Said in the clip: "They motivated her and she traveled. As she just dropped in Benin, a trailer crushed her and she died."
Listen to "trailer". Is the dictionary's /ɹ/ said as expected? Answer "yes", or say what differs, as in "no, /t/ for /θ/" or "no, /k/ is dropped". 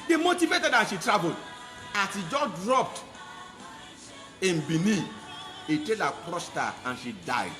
no, /ɹ/ is dropped